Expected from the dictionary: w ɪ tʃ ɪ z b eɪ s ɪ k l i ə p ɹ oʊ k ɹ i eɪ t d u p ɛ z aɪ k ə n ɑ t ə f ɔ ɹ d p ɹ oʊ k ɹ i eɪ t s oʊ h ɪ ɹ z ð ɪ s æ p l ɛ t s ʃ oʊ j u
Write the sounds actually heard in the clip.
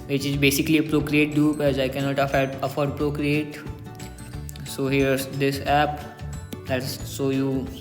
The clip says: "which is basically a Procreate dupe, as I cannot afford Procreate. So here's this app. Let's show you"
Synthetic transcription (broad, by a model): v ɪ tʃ ɪ z b eɪ s ɪ k l i ə p ɹ oʊ k ɹ i eɪ t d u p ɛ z aɪ k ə n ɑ t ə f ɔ ɹ d p ɹ oʊ k ɹ i eɪ t s oʊ h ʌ ɹ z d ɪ s æ p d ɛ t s s oʊ j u